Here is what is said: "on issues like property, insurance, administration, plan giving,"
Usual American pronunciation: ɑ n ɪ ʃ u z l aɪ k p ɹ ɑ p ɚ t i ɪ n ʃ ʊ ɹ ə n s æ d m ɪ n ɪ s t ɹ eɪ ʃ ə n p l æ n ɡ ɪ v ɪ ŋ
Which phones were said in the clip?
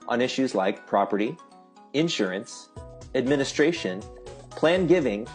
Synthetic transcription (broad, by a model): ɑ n ɪ ʃ u z l aɪ k p ɹ ɑ p ɚ t i ɪ n ʃ ʊ ɹ ə n s æ d m ɪ n ɪ s t ɹ eɪ ʃ ə n p l æ n ɡ ɪ v ɪ ŋ